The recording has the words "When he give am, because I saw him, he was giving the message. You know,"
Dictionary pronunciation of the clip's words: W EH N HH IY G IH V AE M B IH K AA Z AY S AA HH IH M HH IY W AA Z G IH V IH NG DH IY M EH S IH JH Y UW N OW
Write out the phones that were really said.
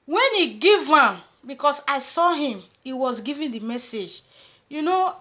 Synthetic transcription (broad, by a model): W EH N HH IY G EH V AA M B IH K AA S AY S AA HH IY M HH IY W AA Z G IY V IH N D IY M EH S IH JH Y UW N OW